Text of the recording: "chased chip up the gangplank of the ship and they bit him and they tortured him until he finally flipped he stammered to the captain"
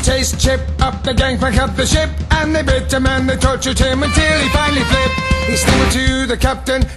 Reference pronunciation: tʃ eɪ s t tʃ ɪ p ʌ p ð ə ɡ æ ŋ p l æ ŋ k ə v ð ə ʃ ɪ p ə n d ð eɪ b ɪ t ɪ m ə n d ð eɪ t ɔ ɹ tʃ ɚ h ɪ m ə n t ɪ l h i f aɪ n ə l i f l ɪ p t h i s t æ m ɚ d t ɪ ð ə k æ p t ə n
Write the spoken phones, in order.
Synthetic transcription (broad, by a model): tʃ eɪ s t tʃ ɪ p ʌ p ð ə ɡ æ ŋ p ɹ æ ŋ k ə p ð ə ʃ ɪ p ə n ð eɪ b ɪ t ɪ m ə n ð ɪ t ɔ ɹ tʃ ɚ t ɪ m ə n t ɪ l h i f aɪ n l i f l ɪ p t h i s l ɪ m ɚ t ɪ ð ə k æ p t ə n